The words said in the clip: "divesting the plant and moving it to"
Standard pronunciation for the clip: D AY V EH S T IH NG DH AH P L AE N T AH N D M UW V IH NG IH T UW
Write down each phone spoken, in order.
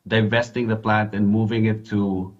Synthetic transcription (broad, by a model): D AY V EH S T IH NG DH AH P L AE N T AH N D M UW V IH NG IH T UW